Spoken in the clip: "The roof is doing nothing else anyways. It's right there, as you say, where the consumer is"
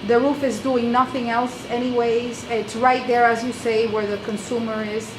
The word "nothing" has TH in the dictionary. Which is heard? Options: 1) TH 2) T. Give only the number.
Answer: 1